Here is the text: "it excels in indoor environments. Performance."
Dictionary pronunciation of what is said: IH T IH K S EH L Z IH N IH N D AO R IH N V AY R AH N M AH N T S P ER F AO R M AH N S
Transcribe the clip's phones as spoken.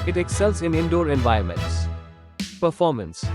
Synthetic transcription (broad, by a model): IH T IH K S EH L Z IH N IH N D AO R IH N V AY AH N M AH N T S P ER F AO R M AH N S